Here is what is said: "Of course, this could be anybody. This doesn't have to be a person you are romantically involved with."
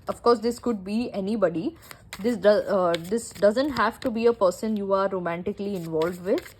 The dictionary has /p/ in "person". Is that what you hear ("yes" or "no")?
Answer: yes